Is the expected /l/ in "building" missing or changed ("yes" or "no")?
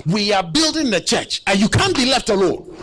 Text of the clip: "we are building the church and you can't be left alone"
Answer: no